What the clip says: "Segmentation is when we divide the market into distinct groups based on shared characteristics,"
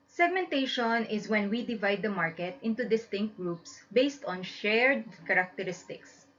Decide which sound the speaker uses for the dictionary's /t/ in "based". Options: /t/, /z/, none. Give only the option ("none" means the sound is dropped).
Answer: /t/